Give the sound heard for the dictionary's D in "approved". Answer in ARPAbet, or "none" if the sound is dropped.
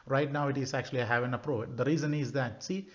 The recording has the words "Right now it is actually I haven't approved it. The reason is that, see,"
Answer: none